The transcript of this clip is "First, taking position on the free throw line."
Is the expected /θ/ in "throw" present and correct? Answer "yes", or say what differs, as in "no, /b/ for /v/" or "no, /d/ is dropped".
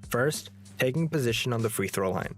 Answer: yes